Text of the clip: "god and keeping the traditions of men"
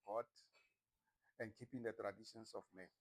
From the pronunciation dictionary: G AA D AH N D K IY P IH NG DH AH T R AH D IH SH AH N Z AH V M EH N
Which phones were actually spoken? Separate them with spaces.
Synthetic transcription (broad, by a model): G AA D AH N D K IY P IH NG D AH T R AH D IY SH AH N S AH F M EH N